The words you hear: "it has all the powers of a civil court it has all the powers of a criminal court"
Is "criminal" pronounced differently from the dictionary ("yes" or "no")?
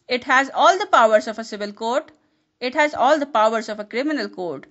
no